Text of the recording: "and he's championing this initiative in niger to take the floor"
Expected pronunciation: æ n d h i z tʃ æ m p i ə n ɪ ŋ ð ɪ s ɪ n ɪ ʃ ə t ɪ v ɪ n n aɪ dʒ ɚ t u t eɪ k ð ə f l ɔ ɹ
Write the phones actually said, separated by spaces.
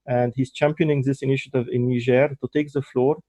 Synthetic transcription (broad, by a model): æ n d h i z tʃ æ m p i ə n ɪ ŋ ð ɪ s ɪ n ɪ ʃ ə t ɪ v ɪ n n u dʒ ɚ t u t eɪ k ð ə f l ɔ ɹ